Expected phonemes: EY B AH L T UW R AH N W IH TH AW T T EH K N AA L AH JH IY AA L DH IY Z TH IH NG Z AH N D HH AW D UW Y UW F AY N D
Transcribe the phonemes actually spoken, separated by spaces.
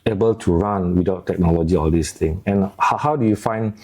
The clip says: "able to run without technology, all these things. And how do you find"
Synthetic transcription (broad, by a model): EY B AH L T UW R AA N W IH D AW T T EH K N AA L AH JH IY AA L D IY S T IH NG AH N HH HH AW D UW Y UW F AY N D